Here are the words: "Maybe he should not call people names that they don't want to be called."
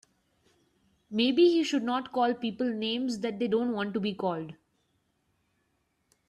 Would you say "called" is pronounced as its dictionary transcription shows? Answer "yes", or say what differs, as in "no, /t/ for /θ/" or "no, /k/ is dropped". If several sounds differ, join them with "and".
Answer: yes